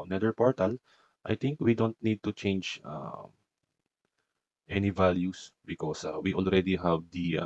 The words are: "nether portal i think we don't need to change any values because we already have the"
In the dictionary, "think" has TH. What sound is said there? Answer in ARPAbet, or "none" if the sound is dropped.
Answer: T